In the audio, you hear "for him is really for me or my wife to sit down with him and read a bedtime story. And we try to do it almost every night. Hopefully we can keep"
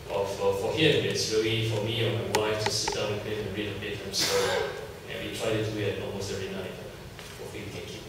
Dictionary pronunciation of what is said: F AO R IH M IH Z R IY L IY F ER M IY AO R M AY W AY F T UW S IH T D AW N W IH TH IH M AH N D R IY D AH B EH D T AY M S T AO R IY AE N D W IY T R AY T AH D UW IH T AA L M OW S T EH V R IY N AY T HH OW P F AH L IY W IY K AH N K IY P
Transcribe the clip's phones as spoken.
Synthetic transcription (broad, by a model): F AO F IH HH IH S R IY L IY F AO M IY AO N M AY W AY F T UW S IH T D AW N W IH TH IH M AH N R IY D AH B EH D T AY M S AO IY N W IY T R AY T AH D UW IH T AA L M OW S T EH V R IY N AY T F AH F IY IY K AH N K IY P